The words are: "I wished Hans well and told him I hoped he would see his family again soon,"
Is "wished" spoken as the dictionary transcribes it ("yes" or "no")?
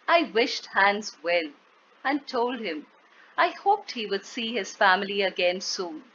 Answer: yes